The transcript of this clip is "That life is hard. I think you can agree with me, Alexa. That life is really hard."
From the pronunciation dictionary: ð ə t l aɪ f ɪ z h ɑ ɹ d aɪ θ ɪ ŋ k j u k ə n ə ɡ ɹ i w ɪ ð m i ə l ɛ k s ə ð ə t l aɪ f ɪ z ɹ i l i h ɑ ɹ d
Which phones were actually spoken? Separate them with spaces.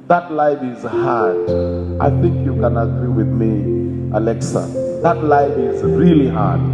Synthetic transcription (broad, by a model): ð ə t l aɪ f ɪ z h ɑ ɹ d aɪ θ ɪ ŋ k j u k ə n ə ɡ ɹ i w ɪ ð m i ə l ɛ k s ə ð ə t l aɪ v ɪ z ɹ i l i h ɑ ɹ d